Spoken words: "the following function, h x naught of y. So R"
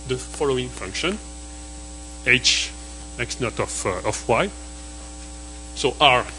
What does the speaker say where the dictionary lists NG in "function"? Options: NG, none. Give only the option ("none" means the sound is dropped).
NG